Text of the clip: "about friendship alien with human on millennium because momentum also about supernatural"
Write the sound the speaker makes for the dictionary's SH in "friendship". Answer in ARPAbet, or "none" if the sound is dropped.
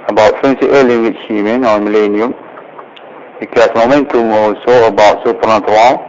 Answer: S